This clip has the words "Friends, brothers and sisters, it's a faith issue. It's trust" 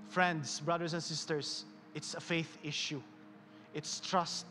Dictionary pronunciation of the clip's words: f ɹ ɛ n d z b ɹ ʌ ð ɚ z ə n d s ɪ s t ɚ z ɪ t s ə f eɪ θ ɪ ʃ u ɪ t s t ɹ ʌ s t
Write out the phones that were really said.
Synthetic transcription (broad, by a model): f ɹ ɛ n d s b ɹ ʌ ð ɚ s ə n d s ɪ s t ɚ s ɪ t s ə f eɪ θ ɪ ʃ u ɪ t s t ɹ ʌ s t